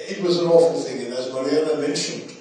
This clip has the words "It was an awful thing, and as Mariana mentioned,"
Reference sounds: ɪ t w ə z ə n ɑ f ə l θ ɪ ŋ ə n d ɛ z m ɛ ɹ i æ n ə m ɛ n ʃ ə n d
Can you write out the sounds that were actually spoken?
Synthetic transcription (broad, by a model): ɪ t w ə z ə n ɑ f ə l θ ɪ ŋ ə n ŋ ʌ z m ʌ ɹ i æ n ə m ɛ n ʃ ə n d